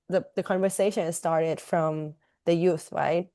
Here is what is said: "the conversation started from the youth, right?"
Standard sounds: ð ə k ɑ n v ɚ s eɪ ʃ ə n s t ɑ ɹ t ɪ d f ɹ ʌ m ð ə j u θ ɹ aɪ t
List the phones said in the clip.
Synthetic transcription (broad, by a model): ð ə k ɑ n v ɚ s eɪ ʃ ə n s t ɑ ɹ t ɪ d f ɹ ʌ m ð ə j u θ ɹ aɪ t